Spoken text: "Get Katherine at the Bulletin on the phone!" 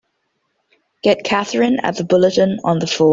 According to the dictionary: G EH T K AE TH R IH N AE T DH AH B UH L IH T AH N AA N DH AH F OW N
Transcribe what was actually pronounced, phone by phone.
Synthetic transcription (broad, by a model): G EH T K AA TH R IH N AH T DH AH B UH L IH T AH N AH N DH AH F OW